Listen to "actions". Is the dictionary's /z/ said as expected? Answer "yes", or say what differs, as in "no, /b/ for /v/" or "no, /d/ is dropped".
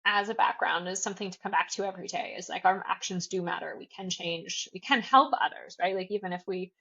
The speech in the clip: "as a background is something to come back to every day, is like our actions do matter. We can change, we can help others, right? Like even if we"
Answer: yes